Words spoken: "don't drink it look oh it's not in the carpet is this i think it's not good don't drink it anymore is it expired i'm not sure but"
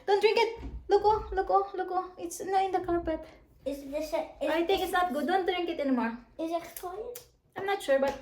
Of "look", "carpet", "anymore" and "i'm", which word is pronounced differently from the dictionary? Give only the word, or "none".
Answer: carpet